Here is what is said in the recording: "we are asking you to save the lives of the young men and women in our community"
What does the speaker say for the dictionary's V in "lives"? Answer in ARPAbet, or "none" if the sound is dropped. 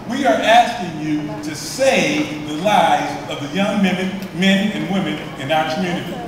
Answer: none